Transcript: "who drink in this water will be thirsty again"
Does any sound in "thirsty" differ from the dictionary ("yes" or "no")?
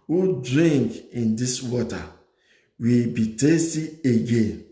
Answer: yes